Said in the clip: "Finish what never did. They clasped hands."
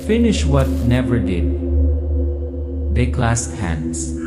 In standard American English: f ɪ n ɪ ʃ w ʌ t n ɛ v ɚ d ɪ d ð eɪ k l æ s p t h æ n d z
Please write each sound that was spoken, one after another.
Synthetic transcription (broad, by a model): f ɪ n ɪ ʃ w ʌ t n ɛ v ɚ d ɪ d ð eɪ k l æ s t h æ n d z